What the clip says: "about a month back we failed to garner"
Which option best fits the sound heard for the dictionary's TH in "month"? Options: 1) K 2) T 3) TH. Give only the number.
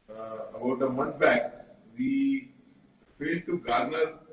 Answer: 2